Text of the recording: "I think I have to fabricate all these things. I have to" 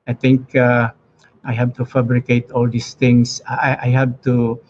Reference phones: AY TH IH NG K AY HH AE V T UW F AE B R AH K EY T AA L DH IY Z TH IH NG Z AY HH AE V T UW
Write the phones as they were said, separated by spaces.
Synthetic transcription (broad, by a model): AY T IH NG K AY HH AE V T UW F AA B R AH K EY T AA L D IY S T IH NG S AY HH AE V T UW